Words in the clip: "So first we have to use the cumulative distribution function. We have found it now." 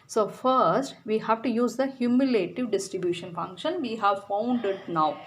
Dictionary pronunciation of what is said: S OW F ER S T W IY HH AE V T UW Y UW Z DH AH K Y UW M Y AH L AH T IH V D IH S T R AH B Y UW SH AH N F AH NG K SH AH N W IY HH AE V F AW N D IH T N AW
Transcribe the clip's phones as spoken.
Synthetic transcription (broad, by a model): S OW F ER S T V IY HH AE V T UW Y UW Z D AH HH Y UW M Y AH L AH T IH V D IH S T R AH B Y UW SH AH N F AH NG K SH AH N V IY HH AE V F AW N D IH T N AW